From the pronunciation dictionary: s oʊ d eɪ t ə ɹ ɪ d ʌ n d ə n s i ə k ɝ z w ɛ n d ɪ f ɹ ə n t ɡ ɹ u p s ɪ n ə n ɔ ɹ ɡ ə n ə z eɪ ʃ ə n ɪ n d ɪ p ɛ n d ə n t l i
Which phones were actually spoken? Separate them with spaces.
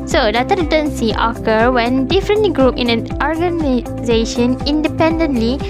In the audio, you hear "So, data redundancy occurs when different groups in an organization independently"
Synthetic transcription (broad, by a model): s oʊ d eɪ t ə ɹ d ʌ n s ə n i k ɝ w ɛ n d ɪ f ɹ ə n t ɡ ɹ u p ɪ n ə n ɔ ɹ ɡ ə n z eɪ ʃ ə n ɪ n d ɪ p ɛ n d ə n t l i